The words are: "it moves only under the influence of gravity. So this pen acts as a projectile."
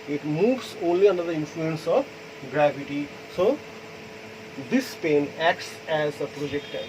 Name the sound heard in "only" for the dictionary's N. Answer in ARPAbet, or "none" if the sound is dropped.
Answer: N